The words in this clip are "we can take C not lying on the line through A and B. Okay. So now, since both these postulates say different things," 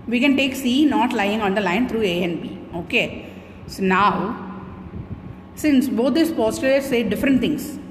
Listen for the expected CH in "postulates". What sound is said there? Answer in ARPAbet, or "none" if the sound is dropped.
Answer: none